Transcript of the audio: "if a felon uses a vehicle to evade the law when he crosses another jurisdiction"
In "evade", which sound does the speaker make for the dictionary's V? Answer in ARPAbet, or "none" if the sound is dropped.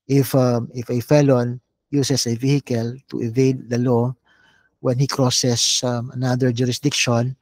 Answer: V